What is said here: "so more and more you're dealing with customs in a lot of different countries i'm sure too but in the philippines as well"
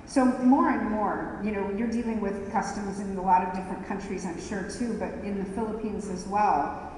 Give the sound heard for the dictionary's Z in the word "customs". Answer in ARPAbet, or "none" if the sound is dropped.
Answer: Z